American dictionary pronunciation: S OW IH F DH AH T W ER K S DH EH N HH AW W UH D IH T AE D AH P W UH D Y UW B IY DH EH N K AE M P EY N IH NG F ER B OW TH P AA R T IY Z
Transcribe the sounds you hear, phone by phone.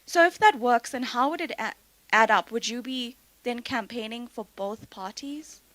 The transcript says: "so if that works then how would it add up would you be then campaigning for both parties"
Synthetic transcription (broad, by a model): S OW IH F DH AH T W ER K S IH N HH AW W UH D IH T AE D AH P W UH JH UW B IY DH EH N K AE M P EY N IH NG F ER B OW TH P AA R T IY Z